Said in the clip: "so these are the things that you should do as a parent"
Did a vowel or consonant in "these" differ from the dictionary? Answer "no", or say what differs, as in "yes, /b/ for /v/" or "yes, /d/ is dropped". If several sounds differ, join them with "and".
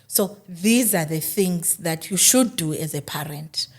no